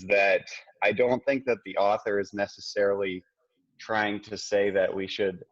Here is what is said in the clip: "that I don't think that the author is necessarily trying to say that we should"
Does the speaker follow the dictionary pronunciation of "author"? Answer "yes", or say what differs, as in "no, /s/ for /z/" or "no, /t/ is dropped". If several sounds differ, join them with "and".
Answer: yes